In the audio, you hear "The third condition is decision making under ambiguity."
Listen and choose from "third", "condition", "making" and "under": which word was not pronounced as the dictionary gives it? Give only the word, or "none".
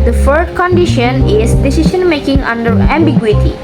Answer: third